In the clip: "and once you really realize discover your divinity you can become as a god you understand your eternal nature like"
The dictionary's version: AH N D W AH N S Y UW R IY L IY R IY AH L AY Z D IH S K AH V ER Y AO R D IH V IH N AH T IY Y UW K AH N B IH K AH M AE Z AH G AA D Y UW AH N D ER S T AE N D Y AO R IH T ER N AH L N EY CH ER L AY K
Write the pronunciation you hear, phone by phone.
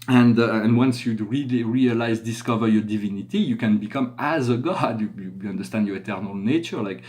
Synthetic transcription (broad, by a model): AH N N W AH N S Y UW R IY L IY R IY AH L AY Z D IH S K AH V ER Y AO R D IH V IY N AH T IY Y UW K AH N B IH K AH M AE Z AH G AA D Y UW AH N D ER S T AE N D Y AO R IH T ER N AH L N EY CH ER L AY K